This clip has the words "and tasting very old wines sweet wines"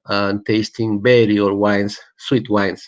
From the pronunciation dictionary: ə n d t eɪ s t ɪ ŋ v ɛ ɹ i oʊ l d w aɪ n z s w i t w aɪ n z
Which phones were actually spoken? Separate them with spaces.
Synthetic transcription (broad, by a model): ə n t eɪ s t ɪ ŋ b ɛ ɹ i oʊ d w aɪ n s w i t w aɪ n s